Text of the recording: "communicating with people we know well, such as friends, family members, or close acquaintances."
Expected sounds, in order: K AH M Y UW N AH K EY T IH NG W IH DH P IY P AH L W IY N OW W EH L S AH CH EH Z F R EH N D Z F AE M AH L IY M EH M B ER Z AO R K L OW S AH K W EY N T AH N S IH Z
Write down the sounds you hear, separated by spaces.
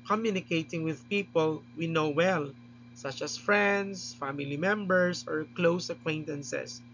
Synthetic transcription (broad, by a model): K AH M Y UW N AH K EY T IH NG W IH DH P IY P AH L W IY N OW W EH L S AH CH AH S F R EH N D S F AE M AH L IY M EH M B ER S AO R K L OW S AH K W EY N T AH N S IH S